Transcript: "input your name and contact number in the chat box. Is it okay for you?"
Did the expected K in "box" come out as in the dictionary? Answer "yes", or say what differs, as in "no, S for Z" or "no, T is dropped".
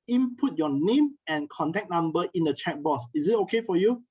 no, K is dropped